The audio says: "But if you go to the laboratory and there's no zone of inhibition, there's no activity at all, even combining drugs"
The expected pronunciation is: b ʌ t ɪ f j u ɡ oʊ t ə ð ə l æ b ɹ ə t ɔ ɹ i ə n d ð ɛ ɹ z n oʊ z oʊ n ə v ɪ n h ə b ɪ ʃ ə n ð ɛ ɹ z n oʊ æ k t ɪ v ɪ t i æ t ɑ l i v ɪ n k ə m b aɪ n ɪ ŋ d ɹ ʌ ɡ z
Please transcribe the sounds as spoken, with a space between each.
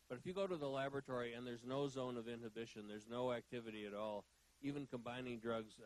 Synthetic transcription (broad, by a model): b ʌ t ɪ f j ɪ ɡ oʊ t ə ð ə l æ b ɹ ə t ɔ ɹ i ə n ð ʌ ɹ z n oʊ z oʊ n ə v ɪ n h ə b ɪ ʃ ə n ð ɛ ɹ z n oʊ æ k t ɪ v ɪ t i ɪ t ɑ l i v ɪ n k ə m b aɪ n ɪ ŋ d ɹ ʌ ɡ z